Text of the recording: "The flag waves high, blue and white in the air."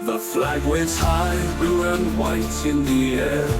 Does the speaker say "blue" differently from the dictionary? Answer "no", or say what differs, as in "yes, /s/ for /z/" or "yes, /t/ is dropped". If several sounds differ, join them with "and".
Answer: yes, /l/ is dropped